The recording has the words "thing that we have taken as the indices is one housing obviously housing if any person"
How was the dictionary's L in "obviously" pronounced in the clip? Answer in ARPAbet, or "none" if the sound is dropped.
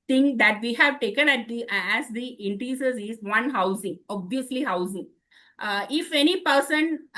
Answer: L